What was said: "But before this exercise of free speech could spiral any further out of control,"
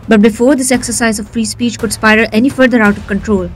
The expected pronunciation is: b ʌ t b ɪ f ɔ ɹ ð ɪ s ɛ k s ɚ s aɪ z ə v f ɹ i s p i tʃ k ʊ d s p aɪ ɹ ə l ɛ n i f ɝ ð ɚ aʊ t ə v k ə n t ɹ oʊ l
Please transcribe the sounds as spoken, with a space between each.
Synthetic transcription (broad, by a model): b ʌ t b ɪ f ɔ ɹ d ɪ s ɛ k s ɚ s aɪ z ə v f ɹ i s p i tʃ k ʊ d s p aɪ ə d ɛ n i f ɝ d ɚ aʊ t ə v k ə n t ɹ oʊ l